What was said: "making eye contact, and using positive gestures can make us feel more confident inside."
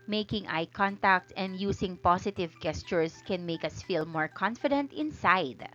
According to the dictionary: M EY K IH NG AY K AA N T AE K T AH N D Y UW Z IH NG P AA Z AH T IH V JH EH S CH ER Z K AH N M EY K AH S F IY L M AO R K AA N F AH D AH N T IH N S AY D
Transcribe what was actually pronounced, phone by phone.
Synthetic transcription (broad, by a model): M EY K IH NG AY K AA N T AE K T AH N D Y UW S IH NG P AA S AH T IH V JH EH S CH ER S K AH N M EY K AH S F IY L M AO R K AA N F AH D AH N T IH N S AY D